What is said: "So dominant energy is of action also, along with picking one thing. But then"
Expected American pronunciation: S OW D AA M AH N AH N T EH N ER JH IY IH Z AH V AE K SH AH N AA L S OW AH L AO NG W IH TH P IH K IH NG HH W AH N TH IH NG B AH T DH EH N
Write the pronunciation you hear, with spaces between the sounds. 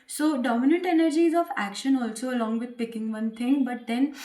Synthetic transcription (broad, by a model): S OW D AA M AH N AH N T EH N ER JH IY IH Z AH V AE K SH AH N AA L S OW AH L AO NG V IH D P IH K IH NG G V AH N T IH NG B AH T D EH N